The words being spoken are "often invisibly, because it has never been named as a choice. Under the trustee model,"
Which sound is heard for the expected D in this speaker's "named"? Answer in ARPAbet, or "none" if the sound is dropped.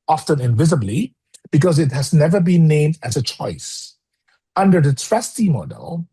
D